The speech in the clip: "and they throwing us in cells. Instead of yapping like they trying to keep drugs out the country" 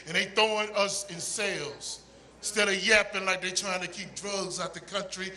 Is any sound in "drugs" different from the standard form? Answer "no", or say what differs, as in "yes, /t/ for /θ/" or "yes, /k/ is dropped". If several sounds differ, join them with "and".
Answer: no